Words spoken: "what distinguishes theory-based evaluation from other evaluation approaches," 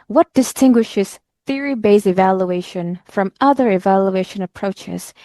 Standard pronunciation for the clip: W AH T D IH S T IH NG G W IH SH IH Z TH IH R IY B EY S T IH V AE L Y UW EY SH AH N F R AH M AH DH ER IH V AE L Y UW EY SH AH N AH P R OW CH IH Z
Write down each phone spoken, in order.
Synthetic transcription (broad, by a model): W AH T D IH S T IH NG G W IH SH IH Z TH IH R IY B EY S IH V AE L Y UW EY SH AH N F R AH M AH DH ER IH V AE L Y UW EY SH AH N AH P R OW CH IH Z